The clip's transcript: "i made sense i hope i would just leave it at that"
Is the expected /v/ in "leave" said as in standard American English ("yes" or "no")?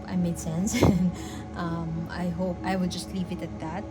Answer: yes